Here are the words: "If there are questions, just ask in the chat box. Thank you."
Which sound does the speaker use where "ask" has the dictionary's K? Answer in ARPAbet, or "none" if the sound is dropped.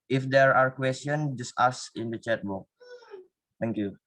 none